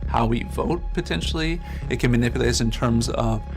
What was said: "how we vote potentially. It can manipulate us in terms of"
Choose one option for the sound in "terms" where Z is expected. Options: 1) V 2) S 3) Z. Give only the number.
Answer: 3